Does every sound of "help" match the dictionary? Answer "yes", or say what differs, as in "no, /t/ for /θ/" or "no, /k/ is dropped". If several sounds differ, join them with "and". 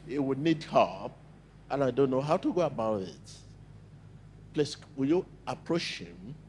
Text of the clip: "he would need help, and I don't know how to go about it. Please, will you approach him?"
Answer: no, /l/ is dropped